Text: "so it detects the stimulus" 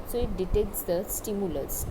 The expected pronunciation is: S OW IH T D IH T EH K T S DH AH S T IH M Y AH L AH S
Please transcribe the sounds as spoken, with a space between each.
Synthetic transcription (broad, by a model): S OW IH T D IH T EH K T S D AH S T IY M Y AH L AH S